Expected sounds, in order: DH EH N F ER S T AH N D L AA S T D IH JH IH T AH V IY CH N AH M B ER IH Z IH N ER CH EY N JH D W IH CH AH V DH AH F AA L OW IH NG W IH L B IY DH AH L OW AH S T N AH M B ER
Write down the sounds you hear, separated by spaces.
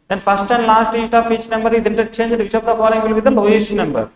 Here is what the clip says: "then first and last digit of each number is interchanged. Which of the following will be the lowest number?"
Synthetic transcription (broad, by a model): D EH N F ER S T AH N D L AA S T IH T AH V IY CH N AH M B ER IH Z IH N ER CH EY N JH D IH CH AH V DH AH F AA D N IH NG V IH L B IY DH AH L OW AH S N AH M B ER